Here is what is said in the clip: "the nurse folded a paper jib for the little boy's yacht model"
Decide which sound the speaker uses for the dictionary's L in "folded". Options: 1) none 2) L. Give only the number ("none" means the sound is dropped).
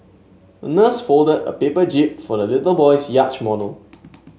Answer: 2